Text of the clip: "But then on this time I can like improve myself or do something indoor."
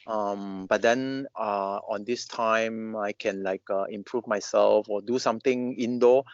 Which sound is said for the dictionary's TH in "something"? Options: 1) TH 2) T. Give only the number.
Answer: 2